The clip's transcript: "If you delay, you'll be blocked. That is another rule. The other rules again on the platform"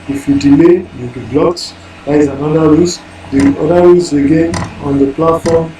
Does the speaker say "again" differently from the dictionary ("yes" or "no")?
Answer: no